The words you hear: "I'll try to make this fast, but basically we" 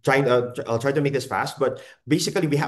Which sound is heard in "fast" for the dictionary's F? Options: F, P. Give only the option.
F